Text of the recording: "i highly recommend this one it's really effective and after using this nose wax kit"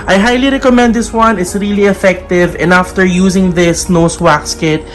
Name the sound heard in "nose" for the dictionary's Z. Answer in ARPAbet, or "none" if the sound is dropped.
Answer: S